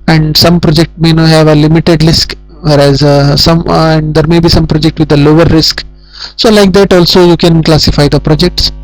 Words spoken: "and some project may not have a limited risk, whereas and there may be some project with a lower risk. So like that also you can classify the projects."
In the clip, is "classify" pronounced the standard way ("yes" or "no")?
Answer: yes